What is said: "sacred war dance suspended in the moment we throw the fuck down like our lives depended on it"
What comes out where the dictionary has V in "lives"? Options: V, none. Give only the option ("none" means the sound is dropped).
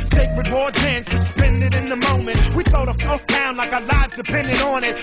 V